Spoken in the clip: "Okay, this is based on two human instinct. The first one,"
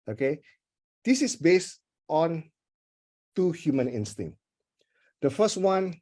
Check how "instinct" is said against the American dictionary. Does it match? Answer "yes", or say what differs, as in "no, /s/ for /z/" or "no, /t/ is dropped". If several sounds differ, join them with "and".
no, /k/ is dropped